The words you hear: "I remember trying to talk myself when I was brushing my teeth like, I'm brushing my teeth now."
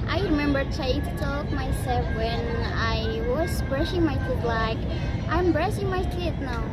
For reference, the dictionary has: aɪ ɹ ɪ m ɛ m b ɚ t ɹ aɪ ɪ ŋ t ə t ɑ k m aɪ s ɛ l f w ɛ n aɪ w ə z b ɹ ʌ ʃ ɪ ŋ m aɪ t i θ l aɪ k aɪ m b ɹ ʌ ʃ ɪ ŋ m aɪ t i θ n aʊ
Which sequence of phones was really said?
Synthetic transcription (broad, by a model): aɪ ɹ ɪ m ɛ m b ɚ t aɪ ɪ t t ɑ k m aɪ s ɛ l f w ɛ n aɪ w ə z b ɹ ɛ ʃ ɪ ŋ m aɪ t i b l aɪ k aɪ m b ɹ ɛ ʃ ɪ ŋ m aɪ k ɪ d n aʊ